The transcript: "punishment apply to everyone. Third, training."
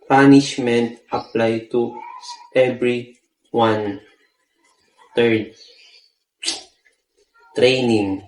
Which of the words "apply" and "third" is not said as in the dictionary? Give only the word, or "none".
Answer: third